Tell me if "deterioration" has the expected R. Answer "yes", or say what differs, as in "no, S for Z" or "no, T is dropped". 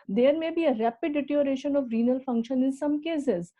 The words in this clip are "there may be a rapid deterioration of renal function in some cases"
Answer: no, R is dropped